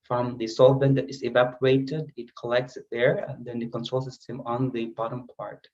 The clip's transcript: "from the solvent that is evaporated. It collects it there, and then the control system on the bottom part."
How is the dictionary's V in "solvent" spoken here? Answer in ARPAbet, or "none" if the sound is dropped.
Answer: B